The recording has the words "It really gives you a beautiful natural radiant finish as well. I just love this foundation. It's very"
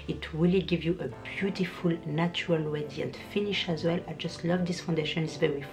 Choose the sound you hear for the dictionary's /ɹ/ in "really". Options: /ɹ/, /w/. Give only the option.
/w/